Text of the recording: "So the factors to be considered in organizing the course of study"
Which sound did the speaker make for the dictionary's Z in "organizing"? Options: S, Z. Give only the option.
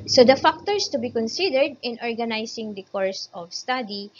S